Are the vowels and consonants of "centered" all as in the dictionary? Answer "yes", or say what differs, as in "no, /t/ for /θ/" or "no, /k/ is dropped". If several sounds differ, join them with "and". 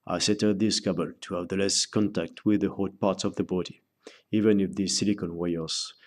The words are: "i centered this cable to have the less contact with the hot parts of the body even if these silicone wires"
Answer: no, /n/ is dropped